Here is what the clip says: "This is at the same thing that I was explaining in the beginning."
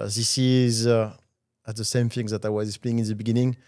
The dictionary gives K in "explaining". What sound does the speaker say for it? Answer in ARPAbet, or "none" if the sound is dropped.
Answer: none